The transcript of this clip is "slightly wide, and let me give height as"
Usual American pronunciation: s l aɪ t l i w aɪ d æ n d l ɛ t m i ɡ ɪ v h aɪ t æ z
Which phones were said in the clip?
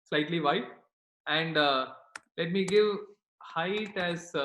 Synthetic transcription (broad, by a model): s l aɪ t l i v aɪ æ n d l ɛ t m i ɡ ɪ v h aɪ t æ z